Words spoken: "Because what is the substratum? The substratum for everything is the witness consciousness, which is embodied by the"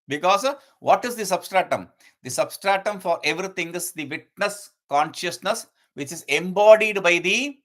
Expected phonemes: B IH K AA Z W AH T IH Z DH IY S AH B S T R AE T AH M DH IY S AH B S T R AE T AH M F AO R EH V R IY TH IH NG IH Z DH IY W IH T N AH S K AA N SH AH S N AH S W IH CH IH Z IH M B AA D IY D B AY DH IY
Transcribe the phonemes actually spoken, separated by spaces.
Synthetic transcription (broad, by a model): B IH K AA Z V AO T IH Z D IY S AH B S T R AE T AH M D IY S AH B S T R AE T AH M F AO R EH V R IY T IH NG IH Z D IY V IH T N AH S K AA N SH AH S N AH S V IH CH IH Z IH M B AA D IY D B AY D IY